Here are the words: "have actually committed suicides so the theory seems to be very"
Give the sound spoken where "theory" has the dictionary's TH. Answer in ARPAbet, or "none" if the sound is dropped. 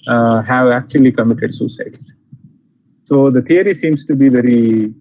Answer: T